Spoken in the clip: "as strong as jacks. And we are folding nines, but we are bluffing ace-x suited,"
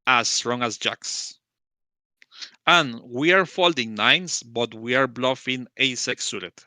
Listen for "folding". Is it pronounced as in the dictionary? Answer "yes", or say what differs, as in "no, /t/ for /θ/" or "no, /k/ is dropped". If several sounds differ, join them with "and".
yes